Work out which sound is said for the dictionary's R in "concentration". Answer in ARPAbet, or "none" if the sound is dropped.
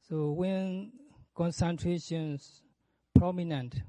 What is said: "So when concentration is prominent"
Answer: R